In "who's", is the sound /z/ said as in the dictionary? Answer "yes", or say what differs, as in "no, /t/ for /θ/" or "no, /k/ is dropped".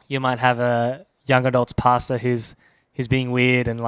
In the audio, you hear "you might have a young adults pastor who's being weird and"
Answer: yes